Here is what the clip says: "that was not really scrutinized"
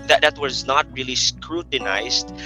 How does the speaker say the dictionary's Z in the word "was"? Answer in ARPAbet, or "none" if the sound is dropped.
Z